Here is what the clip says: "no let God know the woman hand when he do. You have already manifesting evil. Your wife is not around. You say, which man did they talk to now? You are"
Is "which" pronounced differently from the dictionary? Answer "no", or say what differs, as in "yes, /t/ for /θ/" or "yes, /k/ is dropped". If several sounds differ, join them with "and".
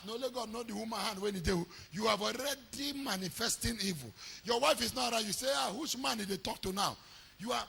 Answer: yes, /s/ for /tʃ/